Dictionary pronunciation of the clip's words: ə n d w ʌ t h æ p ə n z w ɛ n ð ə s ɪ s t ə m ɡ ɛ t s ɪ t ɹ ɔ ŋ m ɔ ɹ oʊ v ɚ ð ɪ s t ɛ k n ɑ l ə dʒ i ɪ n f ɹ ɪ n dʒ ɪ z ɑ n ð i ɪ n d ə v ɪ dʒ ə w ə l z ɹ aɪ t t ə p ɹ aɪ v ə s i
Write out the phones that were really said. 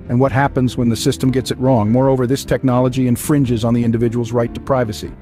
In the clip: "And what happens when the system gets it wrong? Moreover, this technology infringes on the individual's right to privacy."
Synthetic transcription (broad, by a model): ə n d w ʌ t h æ p ə n z w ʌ n ð ə s ɪ s t ə m ɡ ɛ t s ɪ t ɹ ɔ ŋ m ɔ ɹ oʊ v ɚ ð ɪ s t ɛ k n ɑ l ə dʒ i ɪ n f ɹ ɪ n dʒ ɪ z n ð i ɪ n d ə v ɪ dʒ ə w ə l z ɹ aɪ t t ə p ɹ aɪ v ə s i